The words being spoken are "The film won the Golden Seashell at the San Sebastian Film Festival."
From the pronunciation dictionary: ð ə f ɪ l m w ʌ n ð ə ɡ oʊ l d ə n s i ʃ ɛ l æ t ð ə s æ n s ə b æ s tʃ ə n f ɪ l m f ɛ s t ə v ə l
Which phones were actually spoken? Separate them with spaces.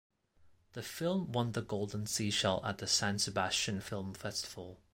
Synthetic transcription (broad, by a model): ð ə f ɪ l m w ʌ n ð ə ɡ oʊ l d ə n s i ʃ ɛ l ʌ t ð ə s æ n s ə b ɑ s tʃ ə n f ɪ l m f ɛ s t ə v ə l